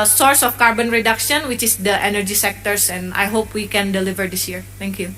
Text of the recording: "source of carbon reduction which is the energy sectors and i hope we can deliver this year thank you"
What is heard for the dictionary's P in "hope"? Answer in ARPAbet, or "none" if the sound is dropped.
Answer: P